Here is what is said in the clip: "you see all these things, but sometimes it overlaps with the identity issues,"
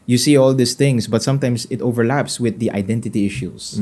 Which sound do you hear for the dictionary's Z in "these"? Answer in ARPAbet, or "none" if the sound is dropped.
S